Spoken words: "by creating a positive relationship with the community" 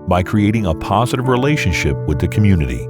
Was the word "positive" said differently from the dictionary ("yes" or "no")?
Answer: no